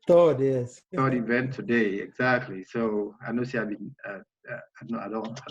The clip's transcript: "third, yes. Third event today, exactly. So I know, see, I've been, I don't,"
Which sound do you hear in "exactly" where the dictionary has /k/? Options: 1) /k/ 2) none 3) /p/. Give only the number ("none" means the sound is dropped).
1